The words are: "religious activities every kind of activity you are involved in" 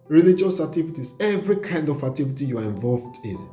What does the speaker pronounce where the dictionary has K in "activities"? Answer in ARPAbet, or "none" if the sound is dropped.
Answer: none